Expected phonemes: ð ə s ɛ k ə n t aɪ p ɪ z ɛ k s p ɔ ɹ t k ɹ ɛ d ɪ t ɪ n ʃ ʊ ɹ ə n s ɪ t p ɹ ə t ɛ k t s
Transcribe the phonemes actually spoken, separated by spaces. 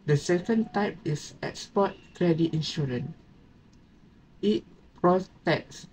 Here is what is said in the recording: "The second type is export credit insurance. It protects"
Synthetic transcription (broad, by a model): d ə s ɛ k ə n t aɪ p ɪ s ɛ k s p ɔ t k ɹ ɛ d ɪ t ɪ n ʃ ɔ ɹ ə n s ɪ t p ɹ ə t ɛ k s